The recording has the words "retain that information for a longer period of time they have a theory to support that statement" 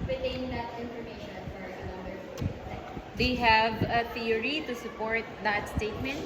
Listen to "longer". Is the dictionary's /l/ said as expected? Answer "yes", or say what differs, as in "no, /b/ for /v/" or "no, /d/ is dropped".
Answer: no, /n/ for /l/